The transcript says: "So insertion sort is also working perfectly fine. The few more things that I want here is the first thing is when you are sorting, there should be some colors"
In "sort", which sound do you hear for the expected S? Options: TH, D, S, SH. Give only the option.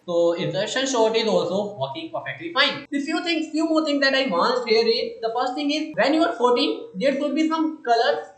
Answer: SH